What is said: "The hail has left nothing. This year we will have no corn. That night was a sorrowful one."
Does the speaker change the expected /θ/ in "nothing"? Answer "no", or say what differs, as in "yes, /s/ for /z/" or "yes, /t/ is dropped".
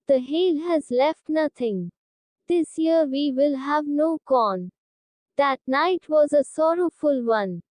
yes, /t/ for /θ/